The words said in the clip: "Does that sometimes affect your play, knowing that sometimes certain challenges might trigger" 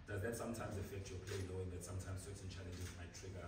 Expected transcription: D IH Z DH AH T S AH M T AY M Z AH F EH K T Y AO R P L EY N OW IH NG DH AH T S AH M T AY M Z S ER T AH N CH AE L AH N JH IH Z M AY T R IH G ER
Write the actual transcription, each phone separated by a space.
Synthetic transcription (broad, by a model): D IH Z DH AH T S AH M T AY M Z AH F EH K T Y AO P L EY L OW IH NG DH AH T S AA M T AY M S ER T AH N CH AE L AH N JH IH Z M AY T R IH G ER